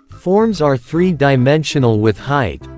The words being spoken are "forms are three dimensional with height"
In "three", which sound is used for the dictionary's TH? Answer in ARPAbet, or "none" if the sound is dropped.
TH